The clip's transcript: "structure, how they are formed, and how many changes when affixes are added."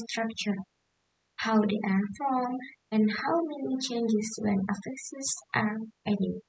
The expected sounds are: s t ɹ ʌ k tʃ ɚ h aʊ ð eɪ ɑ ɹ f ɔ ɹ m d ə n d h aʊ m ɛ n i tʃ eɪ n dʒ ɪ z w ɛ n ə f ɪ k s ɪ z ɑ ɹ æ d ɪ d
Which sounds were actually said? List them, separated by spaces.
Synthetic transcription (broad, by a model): s t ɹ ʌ k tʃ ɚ h aʊ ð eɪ ɑ ɹ f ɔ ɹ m ə n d h aʊ m ɛ n i tʃ eɪ n dʒ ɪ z w ɛ n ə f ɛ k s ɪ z ɑ ɹ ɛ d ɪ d